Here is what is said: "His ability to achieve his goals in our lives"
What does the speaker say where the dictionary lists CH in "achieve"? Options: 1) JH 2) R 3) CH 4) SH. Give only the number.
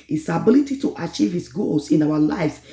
3